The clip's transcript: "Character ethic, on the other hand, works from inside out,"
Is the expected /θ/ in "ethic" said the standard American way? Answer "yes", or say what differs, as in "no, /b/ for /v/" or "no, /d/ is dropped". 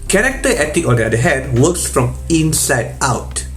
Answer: no, /t/ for /θ/